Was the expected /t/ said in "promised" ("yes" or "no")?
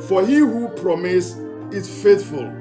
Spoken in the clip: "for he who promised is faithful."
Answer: no